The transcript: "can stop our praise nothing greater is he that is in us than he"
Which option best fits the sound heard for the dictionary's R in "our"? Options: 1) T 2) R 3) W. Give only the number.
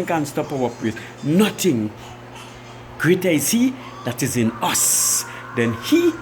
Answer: 3